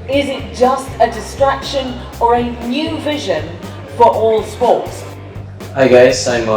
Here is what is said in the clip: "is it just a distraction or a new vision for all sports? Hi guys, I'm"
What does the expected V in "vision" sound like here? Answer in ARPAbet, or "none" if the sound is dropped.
V